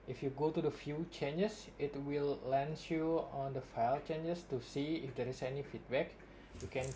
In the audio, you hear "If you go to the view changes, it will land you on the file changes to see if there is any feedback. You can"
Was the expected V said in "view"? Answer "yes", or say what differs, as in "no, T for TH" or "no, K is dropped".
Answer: no, F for V